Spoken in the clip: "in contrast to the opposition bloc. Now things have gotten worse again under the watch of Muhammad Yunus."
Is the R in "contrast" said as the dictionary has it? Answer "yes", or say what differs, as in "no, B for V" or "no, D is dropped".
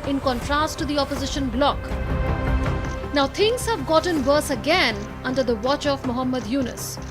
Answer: yes